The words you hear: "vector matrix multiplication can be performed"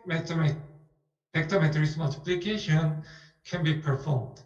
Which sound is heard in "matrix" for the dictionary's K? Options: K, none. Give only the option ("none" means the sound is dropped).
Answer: none